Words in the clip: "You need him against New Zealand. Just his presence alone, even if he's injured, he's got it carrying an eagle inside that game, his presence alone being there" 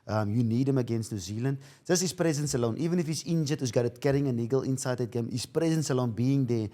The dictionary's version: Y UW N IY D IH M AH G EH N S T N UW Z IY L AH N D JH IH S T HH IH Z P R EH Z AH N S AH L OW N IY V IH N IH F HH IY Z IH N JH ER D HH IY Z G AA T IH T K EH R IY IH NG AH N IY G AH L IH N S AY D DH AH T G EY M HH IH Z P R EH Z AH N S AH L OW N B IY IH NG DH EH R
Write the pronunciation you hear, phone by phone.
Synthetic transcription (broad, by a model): Y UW N IY D IH M AH G EH N S T N UW Z IY L AH N D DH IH S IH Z P R EH Z AH N S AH L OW N IY V IH N IH F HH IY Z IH N JH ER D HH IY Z G AA T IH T K EH R IY IH NG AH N IY G AH L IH N S AY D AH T G EY M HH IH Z P R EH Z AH N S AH L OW N B IY IH NG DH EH